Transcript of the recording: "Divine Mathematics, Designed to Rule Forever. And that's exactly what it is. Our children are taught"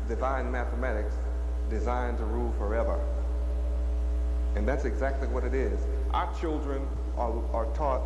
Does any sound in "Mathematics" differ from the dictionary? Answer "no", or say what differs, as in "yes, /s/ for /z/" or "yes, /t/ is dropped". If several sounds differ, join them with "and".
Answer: no